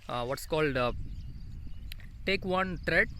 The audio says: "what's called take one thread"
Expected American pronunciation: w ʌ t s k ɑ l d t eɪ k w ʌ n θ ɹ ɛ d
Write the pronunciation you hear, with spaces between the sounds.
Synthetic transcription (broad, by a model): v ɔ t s k ɑ l d t eɪ k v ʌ n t ɹ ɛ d